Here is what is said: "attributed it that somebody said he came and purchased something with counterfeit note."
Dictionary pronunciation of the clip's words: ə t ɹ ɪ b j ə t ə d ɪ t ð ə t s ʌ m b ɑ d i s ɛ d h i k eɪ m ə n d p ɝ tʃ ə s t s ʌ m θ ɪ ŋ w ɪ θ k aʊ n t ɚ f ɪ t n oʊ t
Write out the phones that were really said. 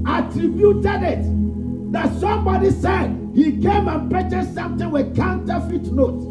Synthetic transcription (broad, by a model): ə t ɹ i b j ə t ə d ɪ t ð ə t s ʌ m b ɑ d i s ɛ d h i k eɪ m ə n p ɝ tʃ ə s s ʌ m t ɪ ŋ w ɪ k aʊ n t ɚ f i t n oʊ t